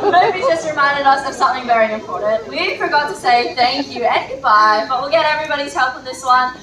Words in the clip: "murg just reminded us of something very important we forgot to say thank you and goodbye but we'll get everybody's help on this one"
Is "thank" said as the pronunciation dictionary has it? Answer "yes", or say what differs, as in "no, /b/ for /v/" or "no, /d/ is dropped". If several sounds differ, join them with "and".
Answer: yes